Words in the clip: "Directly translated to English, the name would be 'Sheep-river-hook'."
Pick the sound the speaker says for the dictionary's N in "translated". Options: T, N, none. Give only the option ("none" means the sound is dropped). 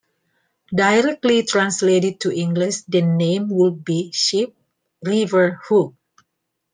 N